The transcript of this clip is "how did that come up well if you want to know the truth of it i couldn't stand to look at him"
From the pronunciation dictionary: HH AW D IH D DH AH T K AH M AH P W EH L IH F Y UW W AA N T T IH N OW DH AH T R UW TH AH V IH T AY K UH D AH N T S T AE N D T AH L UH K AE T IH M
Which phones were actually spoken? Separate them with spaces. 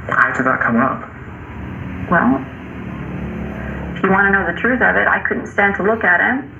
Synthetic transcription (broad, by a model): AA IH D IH DH AH T K AH M AH P W EH L IH F Y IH W AA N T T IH N OW DH AH T R UW TH AH V IH T AY K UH D N T S T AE N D T AH L UH K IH T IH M